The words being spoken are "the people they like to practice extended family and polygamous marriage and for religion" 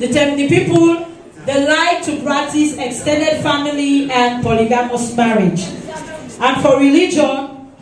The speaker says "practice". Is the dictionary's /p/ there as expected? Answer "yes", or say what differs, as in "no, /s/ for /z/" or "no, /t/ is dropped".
no, /b/ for /p/